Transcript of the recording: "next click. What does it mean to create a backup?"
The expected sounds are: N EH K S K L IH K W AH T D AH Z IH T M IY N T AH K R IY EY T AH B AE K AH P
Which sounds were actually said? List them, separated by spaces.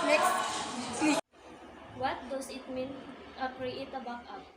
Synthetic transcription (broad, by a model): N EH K S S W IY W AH T D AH S IH T M IY N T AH K R IY EY T AH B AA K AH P